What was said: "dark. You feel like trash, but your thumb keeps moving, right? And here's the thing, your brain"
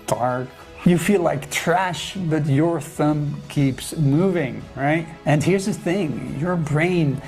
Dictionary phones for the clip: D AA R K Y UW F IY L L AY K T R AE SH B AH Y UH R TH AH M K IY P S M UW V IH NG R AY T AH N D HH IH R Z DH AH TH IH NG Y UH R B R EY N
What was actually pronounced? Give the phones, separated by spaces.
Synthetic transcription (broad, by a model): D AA R K Y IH F IY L L AY K T R AE SH B AH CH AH R TH AH M K IY P S M UW V IH NG R AY T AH N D HH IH R Z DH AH TH IH NG Y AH R B R EY N